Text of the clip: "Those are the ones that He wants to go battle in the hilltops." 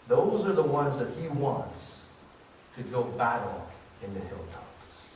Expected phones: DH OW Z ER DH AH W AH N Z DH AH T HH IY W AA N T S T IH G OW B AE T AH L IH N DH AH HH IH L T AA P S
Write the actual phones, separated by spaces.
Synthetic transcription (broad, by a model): DH OW Z ER DH AH W AH N Z DH AH T HH IY W AA N T S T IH G OW B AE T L IH N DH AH HH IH L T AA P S